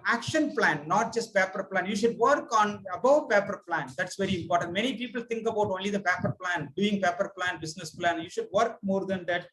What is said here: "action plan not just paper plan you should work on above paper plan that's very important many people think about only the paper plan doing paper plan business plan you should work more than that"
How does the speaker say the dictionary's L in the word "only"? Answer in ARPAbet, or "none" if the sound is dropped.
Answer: L